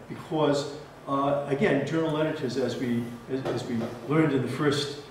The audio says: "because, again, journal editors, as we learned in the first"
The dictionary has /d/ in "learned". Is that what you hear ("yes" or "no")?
yes